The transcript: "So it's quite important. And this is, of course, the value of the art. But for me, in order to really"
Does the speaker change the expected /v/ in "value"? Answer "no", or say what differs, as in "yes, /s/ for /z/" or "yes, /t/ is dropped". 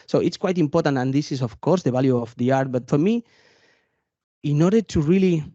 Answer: yes, /b/ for /v/